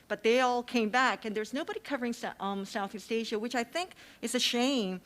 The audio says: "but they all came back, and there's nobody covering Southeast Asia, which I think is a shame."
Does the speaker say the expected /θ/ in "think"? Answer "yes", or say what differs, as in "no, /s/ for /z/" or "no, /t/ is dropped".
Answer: yes